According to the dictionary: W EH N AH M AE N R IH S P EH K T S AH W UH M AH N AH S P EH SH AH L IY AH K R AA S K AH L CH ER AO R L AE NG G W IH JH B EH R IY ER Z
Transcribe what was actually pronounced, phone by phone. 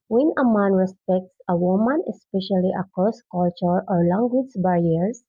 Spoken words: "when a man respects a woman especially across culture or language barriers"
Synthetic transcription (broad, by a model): W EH N AH M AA N R IH S P EH K T S AH W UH M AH N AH S P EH SH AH L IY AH K AA S K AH L CH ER AO R L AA NG G W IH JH B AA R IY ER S